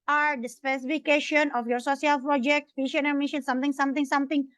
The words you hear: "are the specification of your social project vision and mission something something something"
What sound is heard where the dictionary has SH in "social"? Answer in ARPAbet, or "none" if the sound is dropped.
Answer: S